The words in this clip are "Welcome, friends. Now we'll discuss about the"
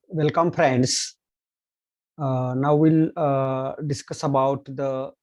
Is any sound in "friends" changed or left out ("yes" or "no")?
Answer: yes